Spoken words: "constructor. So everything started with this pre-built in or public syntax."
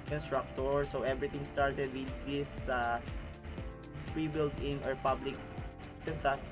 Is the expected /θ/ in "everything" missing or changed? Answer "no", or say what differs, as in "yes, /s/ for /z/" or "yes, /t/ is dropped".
yes, /t/ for /θ/